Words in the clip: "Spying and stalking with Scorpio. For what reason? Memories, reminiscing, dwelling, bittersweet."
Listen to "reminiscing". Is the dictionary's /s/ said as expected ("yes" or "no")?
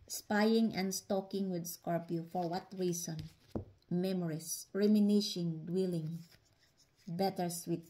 no